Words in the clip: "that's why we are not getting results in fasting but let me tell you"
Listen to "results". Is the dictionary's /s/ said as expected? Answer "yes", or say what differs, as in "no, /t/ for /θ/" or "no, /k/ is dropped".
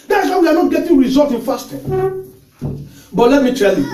no, /s/ is dropped